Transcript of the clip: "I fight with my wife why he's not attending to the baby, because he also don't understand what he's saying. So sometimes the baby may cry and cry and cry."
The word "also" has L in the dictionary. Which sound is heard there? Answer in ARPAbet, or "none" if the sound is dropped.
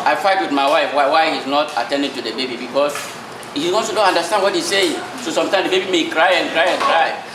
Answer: none